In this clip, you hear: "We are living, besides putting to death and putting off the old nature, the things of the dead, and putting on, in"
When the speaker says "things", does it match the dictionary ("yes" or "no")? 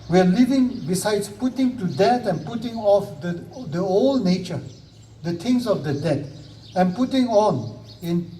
no